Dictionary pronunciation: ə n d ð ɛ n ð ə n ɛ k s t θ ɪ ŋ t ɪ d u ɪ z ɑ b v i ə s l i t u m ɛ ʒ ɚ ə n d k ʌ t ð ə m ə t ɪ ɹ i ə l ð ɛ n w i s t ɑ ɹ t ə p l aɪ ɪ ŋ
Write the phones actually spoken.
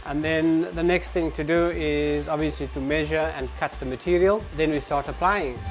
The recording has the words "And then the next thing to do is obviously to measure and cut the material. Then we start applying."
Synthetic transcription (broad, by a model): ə n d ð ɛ n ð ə n ɛ k s t θ ɪ ŋ t ɪ d u ɪ z ɑ b v i ə s l i t u m ɛ ʒ ɚ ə n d k ʌ t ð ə m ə t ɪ ɹ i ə l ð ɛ n w i s t ɑ ɹ t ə p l aɪ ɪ ŋ